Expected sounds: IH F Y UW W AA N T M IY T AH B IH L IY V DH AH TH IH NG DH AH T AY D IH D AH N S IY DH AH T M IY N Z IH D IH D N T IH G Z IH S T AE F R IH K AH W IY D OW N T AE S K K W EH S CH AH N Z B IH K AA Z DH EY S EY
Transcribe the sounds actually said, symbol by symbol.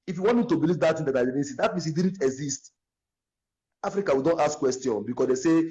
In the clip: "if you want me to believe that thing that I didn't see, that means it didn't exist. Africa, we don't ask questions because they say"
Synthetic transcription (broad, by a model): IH F Y UW W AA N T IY T AH B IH L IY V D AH T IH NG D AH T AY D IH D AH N S IY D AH T M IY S IH D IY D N T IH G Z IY S T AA F R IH K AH W IY D OW N T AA S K K W EH S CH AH N B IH K AA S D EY S EY